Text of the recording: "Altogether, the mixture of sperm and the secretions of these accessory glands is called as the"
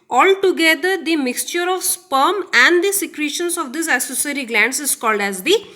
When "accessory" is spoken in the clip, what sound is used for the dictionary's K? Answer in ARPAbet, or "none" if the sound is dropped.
none